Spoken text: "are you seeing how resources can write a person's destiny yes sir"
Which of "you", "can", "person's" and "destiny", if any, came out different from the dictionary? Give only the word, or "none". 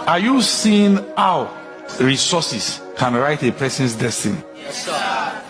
person's